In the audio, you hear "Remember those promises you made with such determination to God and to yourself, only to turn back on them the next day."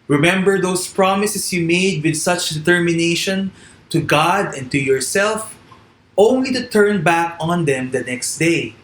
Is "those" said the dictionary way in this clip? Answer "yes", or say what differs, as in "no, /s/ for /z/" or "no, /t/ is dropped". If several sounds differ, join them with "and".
no, /s/ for /z/